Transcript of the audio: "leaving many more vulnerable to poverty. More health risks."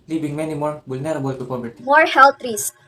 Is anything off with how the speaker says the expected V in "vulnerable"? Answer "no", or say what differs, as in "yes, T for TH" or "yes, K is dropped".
yes, B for V